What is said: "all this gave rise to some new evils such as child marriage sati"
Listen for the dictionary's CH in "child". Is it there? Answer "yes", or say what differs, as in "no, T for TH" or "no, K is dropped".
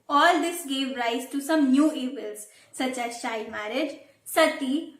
no, SH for CH